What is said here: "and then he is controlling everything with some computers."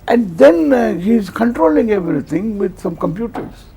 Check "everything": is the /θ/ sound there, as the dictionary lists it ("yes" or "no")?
no